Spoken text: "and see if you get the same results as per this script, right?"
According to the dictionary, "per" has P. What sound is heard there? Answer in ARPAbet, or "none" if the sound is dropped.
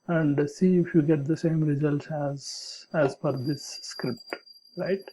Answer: F